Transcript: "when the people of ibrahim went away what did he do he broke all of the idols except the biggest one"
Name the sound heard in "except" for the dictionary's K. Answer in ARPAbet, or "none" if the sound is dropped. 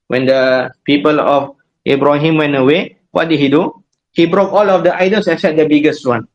none